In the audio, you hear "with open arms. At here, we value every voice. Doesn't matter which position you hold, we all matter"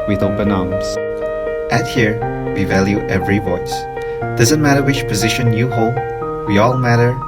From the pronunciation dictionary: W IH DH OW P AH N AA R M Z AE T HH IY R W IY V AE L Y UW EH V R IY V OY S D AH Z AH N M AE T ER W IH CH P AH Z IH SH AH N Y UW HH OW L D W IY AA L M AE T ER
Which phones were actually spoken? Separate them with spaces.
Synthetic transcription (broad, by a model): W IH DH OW B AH N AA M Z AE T HH IY R W IY V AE L Y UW EH V R IY V OY S D AH Z AH N M AE T ER W IH CH P AH Z IH SH AH N Y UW HH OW L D W IY AA L M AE T ER